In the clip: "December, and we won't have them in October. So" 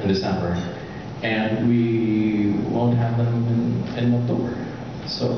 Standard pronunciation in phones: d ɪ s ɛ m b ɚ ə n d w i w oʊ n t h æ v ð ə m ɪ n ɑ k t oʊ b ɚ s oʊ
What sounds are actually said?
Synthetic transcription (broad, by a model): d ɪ s ɛ m b ɚ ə n w i w oʊ n t h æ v ð ə m ɪ n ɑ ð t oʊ ɚ s oʊ